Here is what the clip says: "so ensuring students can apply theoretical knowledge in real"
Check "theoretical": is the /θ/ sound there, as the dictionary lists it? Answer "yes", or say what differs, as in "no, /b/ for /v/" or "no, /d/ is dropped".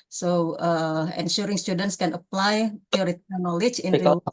no, /f/ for /θ/